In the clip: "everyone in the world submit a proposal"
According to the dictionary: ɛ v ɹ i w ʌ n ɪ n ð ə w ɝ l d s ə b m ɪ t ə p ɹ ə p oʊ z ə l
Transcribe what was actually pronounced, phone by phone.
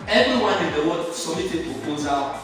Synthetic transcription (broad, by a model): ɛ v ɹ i w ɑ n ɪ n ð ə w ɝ d s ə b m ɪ t ə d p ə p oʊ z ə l